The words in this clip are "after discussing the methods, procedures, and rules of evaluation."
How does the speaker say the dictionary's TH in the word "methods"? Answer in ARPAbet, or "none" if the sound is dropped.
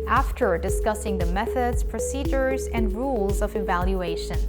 TH